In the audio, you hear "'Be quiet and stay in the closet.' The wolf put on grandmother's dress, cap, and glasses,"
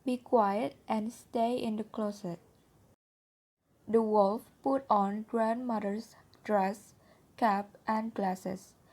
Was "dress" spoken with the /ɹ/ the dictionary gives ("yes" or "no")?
yes